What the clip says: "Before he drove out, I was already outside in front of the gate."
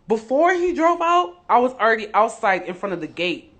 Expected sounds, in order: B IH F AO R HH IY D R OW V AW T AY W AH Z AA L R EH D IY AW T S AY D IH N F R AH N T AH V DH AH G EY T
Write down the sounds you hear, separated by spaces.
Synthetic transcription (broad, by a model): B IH F AO R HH IY D R OW V AW T AY W AH Z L R EH D IY AW T S AY D IH N F R AH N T AH V DH AH G EY T